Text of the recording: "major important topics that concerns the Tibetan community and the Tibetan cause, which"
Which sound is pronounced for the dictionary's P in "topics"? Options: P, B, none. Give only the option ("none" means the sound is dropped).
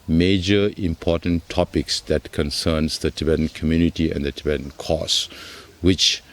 P